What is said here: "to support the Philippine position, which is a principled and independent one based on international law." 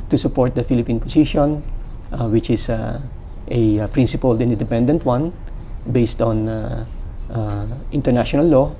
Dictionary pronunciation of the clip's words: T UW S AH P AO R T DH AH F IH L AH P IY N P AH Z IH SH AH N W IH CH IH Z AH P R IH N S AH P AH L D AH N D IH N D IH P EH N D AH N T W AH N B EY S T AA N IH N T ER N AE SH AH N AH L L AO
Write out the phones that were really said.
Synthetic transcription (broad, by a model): T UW S AH P AO R T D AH F IH L AH P IY N P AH S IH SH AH N W IH CH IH S AH P R IH N S AH P AH L D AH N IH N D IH P EH N D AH N T W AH N B EY S T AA N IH N T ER N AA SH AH N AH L L AO